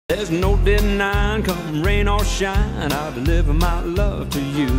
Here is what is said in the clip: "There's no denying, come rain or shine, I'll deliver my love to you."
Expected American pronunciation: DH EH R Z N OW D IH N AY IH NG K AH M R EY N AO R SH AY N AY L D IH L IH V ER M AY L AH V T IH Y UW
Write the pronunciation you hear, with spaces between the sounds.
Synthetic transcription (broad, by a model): DH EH R Z N OW D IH N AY IH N K AH M R EY N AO L SH AY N AY L D IH L IH V ER M AY L AH V T IH Y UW